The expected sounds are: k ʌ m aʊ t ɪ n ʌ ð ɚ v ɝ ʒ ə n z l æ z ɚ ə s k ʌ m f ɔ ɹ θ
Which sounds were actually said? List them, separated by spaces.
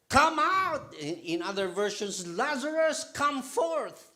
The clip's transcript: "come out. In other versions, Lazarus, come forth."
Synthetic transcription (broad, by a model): k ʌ m aʊ t ɪ n ʌ ð ɚ v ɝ ʃ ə n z l æ z ɚ ə s k ʌ m f ɔ ɹ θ